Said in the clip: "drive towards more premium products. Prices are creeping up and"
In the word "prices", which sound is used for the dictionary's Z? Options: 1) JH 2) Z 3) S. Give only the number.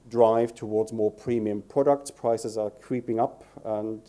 2